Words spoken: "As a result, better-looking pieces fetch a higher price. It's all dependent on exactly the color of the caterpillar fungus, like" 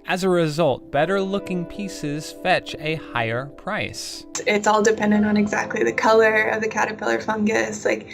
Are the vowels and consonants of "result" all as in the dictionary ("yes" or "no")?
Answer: yes